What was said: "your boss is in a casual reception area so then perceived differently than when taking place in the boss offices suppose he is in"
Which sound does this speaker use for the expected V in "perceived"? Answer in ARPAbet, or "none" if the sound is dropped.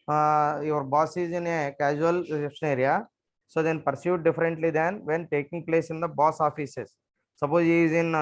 none